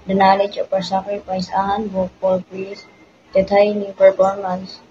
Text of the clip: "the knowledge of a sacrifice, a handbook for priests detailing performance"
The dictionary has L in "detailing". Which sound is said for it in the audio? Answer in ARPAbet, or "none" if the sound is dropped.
N